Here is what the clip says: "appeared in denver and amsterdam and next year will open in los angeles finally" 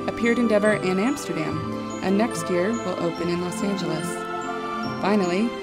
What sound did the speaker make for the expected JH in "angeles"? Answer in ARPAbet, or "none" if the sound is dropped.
JH